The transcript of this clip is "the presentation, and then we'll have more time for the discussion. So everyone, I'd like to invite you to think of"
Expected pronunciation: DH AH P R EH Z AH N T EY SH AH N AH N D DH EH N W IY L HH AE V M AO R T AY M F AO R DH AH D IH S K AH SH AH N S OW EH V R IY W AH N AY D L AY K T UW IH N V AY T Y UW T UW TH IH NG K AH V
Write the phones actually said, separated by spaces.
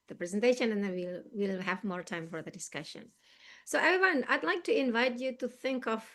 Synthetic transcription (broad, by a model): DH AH P R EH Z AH N T EY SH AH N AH N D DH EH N W IY L HH AE V M AO R T AY M F AO R DH AH D IH S K AH SH AH N S OW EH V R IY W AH N AY D L AY K T UW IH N V AY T Y UW T UW TH IH NG K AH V